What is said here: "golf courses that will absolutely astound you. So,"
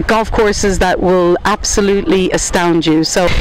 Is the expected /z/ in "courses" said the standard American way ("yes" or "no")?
yes